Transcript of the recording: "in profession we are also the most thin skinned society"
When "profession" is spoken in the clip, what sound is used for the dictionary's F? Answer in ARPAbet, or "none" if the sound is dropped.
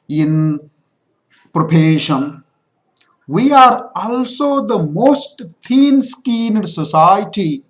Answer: P